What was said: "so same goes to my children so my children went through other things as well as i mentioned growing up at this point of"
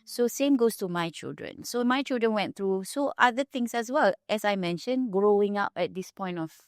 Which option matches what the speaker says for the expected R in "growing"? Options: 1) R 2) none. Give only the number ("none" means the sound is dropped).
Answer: 1